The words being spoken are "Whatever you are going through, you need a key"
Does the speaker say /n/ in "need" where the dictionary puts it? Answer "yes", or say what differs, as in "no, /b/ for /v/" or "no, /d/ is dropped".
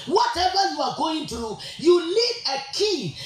no, /l/ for /n/